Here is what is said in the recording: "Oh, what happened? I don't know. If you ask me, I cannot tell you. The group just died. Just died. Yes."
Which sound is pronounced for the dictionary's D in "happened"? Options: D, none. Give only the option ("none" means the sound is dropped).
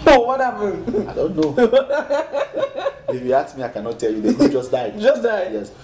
none